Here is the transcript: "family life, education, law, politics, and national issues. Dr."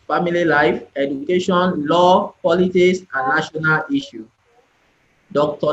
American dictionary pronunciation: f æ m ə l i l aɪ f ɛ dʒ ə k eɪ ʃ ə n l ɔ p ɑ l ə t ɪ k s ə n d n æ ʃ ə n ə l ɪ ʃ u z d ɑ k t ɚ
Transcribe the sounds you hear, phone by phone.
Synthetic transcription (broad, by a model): f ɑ m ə l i l aɪ f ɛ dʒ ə k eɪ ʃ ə n l ɔ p ɑ l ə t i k s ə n n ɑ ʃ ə n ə l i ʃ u d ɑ k t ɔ